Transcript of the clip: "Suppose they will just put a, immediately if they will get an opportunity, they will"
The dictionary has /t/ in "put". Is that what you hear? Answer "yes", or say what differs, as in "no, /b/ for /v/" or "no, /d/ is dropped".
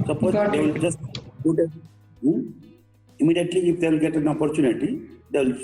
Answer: no, /t/ is dropped